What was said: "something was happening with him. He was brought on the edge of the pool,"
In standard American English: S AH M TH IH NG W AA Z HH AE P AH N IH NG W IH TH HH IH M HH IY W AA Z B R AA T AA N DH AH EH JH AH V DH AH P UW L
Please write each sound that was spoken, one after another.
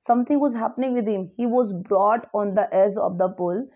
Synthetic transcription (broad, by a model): S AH M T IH NG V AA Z HH AE P AH N IH NG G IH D HH IH M HH IY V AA Z B R AA T AA N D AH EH Z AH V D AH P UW L